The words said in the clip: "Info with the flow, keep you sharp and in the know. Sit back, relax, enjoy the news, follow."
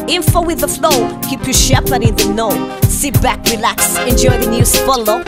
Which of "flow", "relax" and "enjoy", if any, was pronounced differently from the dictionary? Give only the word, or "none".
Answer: none